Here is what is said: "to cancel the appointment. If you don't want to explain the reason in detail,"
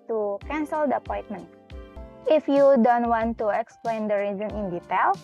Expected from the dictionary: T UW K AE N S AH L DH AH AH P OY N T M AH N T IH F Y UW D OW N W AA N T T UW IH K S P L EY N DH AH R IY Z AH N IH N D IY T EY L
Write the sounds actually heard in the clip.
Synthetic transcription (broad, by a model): T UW K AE N S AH L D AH AH P OY N T M AH N T IH F Y UW D OW N W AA N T T UW IH K S P L EY N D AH R IY Z AH N IH N D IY T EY L